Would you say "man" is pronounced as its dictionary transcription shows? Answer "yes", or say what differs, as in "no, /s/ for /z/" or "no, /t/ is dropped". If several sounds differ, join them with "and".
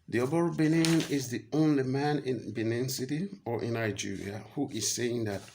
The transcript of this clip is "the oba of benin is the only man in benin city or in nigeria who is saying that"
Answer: yes